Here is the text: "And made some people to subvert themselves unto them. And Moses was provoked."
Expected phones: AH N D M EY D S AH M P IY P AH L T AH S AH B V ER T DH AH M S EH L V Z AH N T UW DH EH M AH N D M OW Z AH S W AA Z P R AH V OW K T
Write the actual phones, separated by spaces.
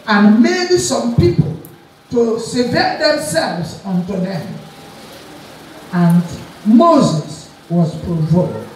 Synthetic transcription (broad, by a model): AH N M EY D S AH M P IY P AH L T AH S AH V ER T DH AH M S EH L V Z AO N T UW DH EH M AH N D M OW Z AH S W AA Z P R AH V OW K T